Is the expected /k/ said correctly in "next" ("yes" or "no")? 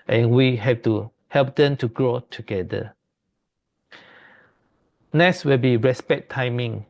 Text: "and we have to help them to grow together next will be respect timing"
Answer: no